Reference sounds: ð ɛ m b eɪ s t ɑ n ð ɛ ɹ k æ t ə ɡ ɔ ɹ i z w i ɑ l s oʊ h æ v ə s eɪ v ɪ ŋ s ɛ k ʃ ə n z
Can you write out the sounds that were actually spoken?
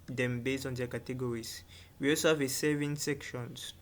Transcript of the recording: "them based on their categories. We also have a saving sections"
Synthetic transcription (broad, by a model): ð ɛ m b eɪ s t ɑ n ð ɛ k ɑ t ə ɡ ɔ ɹ i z w i ɑ l s oʊ h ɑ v ə s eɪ v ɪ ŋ s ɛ k ʃ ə n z